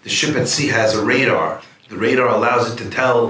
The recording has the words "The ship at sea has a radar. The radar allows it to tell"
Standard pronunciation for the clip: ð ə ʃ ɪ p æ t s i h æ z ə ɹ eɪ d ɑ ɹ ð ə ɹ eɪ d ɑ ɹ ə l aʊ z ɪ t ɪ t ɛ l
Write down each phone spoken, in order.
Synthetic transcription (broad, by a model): ð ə ʃ ɪ p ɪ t s i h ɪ z ə ɹ eɪ d ɑ ɹ ð ə ɹ eɪ d ɑ ɹ ə l aʊ z ɪ t ɪ t ɛ l